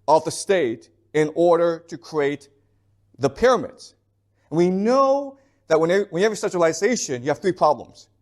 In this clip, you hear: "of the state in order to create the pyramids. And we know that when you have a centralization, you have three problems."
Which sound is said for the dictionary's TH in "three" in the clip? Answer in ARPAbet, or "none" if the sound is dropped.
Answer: TH